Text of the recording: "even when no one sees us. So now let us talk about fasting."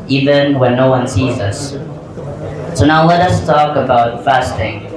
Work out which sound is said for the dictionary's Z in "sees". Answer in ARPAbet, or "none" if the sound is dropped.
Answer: Z